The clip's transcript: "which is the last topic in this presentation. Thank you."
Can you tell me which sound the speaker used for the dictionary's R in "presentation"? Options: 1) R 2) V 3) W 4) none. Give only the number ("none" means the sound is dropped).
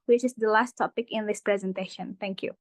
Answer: 1